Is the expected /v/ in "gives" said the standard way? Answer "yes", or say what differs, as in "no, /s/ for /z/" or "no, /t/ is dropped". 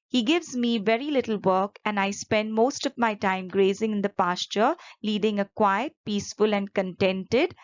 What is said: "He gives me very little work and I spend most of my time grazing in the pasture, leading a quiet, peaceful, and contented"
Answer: yes